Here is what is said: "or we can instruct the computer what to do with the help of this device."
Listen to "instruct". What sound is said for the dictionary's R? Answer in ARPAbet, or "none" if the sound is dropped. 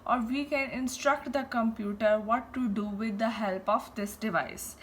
R